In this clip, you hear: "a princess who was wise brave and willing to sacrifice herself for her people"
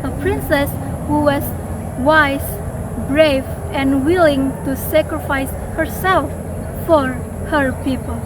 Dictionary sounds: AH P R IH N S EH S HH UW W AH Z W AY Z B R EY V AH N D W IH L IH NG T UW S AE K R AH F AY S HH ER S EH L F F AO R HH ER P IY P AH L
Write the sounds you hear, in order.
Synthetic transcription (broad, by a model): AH P R IH N S EH S HH UW W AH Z W AY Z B R EY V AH N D W IH L IH NG T UW S AE K R AH F AY S HH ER S EH L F F AO R HH ER P IY P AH L